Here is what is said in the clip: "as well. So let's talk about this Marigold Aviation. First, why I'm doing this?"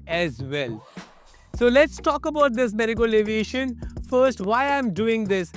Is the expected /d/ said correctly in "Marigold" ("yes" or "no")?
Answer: no